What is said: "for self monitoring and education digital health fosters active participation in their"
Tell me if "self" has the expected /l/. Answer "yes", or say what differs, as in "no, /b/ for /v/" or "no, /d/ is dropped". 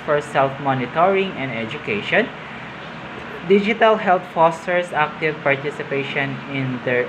yes